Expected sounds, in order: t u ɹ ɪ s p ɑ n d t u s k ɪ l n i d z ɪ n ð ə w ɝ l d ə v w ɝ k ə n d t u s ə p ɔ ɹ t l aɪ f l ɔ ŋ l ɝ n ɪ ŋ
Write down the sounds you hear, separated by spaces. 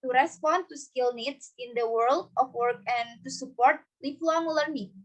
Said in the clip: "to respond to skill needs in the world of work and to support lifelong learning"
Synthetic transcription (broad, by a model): t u ɹ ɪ s p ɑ n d t u s k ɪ l n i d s ɪ n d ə w ɝ l d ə f w ɝ k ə n t u s ə p ɔ ɹ t l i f l ɔ ŋ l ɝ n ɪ